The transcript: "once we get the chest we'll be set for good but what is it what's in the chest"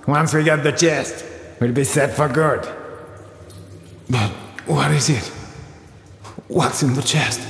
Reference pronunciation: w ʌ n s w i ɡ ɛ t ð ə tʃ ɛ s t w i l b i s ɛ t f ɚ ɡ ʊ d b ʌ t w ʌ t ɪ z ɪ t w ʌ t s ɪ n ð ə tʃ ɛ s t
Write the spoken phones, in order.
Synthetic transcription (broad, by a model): w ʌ n s w i ɡ ɛ t ð ə tʃ ɛ s t w i l b i s ɛ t f ɚ ɡ ʊ d b ʌ t w ʌ t ɪ z ɪ t w ʌ t s ɪ n ð ə tʃ ɛ s t